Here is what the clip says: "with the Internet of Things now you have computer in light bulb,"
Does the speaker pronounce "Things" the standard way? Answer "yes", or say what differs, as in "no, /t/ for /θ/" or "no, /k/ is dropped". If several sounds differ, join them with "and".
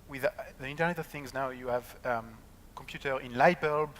yes